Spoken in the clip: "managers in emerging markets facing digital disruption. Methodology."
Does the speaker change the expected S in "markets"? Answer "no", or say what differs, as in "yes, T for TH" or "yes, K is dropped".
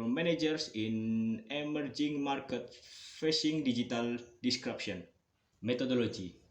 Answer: yes, S is dropped